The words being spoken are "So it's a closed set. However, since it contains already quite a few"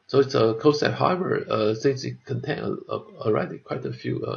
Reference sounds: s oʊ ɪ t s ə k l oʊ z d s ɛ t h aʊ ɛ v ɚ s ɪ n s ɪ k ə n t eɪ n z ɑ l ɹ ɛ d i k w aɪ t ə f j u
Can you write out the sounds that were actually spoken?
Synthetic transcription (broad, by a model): s oʊ ɪ t s ə k oʊ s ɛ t h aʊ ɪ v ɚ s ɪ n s ɪ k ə n t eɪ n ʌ ɑ l ɹ ɛ d i k w aɪ t ə f j u